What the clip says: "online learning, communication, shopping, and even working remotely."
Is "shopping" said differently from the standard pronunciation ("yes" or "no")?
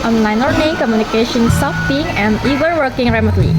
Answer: yes